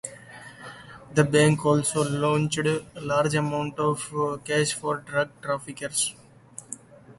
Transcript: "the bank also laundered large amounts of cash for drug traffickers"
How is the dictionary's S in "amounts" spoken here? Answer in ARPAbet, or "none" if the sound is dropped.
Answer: none